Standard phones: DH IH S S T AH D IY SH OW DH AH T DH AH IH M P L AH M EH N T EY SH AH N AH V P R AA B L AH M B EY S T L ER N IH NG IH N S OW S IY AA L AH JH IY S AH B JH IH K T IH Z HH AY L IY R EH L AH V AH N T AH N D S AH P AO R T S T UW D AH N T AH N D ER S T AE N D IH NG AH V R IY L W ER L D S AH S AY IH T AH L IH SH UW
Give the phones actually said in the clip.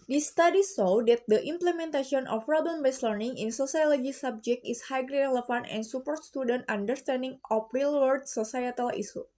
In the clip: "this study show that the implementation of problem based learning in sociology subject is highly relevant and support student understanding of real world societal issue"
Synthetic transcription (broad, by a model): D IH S S T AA D IY S OW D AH T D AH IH M P L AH M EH N T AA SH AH N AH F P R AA B L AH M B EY S L ER N IH NG IH N S OW S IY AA L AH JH IY S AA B JH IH K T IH S HH AY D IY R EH L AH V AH N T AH N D S AH P AO R T S T UW D AH N T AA N D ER S T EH N D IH NG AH F R IY L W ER D S AH S AY IH T AH L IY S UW